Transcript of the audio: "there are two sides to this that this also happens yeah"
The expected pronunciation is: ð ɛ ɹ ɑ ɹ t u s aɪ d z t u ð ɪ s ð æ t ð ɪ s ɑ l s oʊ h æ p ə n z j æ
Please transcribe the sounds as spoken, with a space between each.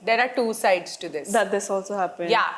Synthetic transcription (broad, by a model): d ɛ ɹ ɑ ɹ t u s aɪ d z t u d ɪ s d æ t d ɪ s ɑ l s oʊ h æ p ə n j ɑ